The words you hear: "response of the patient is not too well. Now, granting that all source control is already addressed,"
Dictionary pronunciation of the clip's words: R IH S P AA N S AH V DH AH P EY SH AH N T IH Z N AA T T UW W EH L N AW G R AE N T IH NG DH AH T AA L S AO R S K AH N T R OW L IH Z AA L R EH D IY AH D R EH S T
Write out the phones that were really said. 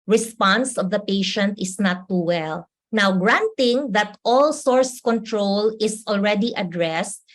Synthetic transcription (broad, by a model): R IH S P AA N S AH V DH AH P EY SH AH N T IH S N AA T T UW W EH L N AW G R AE N T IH NG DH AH T AA L S AO R S K AH N T R OW L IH S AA L R EH D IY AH D R EH S T